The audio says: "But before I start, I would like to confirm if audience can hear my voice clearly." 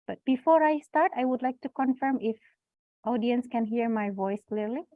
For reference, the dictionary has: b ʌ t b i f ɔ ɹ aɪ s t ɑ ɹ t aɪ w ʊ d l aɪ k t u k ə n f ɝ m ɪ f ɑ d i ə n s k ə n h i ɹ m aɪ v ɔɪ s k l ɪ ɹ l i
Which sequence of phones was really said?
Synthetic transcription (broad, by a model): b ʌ t b i f ɔ ɹ aɪ s t ɑ ɹ t aɪ w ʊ d l aɪ k t u k ə n f ɝ m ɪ f ɑ d i ə n s k ə n h i ɹ m aɪ v ɔɪ s k l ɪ ɹ l i